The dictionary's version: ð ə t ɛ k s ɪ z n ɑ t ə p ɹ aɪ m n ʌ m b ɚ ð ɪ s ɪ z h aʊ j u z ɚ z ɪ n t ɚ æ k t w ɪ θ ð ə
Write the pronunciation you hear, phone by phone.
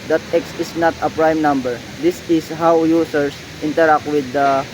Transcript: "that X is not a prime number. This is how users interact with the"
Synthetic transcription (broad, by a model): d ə t ɛ k s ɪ s n ɑ t ə p ɹ aɪ m n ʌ m b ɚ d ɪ s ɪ s h aʊ j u s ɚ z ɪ n t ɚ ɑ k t w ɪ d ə